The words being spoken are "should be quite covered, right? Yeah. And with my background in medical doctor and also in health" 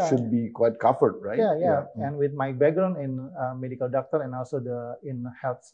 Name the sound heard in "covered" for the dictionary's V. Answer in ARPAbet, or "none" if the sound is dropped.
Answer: F